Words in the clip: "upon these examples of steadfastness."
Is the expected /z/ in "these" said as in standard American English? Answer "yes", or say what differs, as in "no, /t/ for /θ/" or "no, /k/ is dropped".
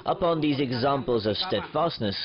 yes